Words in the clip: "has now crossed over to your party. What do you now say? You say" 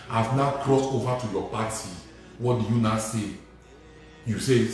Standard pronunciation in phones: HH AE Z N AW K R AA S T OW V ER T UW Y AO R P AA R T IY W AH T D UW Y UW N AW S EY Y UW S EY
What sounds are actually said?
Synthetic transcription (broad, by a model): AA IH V N AW K R AA S T OW V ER T UW Y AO P AA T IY W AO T D UW Y UW N AW S EY Y UW S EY